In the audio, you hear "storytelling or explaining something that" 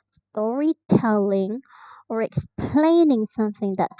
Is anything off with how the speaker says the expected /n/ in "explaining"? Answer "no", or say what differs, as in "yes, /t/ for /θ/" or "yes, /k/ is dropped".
no